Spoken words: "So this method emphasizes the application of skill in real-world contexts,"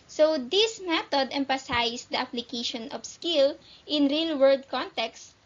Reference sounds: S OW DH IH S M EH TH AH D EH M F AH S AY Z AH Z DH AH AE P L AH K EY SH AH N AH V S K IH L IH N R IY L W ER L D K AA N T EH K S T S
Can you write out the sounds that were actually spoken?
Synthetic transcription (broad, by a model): S OW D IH S M EH T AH D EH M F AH S AY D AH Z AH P L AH K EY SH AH N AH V S K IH L IH N R IY L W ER D K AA N T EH K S S